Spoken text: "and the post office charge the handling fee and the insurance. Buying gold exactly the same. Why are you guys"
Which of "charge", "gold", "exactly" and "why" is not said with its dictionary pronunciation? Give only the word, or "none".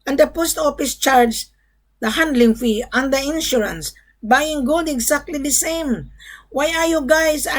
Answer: exactly